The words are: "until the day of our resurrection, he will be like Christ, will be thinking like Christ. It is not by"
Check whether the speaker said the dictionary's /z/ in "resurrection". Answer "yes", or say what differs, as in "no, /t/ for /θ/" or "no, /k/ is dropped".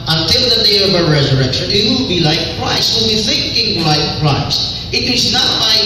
yes